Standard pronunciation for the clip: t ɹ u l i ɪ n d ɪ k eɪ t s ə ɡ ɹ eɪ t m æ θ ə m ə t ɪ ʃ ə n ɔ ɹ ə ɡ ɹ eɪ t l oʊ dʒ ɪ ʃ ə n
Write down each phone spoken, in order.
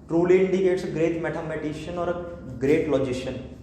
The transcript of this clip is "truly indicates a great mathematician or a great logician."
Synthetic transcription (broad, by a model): t ɹ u l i ɪ n d ɪ k eɪ t s ɡ ɹ eɪ t m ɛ t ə m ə t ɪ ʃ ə n ɔ ɹ ɡ ɹ eɪ t l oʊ dʒ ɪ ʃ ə n